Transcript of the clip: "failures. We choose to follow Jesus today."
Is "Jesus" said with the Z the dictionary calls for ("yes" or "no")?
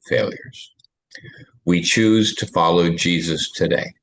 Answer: yes